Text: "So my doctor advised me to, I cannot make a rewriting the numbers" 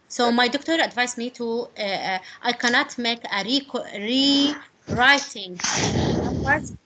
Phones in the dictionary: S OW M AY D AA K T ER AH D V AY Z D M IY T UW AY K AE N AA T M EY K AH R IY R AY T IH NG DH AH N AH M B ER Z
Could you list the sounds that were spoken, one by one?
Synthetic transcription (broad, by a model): S OW M AY D AA K T ER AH D V AY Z M IY T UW AY K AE N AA T M EY K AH R IY R AY T IH NG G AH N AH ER